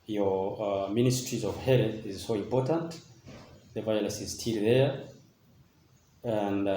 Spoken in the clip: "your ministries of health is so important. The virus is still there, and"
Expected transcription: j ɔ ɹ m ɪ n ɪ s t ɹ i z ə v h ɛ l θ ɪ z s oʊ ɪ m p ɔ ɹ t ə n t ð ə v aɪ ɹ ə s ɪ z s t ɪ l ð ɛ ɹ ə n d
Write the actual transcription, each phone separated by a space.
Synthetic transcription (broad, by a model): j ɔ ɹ m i n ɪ s t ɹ i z ə v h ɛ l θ ɪ z s oʊ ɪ m p ɔ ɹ t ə n t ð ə v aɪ l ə s ɪ z s t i l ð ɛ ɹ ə n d